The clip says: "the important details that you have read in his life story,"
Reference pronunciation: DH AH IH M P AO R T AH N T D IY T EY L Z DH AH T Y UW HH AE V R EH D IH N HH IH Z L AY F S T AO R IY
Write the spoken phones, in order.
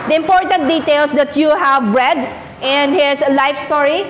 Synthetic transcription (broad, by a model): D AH IH M P AO R T AH N T D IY T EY L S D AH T Y UW HH AE V R EH D IH N HH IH S L AY F S T AO R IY